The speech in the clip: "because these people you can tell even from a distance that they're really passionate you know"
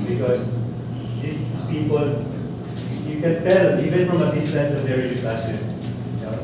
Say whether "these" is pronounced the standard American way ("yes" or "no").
no